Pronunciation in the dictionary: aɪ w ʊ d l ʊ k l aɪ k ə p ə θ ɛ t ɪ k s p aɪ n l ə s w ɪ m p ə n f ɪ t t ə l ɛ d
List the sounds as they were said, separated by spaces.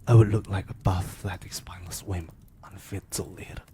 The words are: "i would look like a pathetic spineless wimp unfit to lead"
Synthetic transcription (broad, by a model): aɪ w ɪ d l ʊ k l aɪ k ə b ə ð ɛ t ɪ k s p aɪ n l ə s w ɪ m ə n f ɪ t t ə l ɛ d